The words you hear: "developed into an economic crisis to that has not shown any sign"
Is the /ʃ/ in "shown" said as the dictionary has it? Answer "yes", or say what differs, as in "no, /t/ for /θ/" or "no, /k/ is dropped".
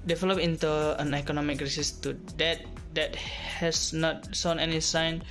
no, /s/ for /ʃ/